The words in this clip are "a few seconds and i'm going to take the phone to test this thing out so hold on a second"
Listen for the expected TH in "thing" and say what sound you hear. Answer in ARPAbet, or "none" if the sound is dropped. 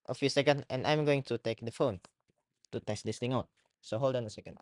T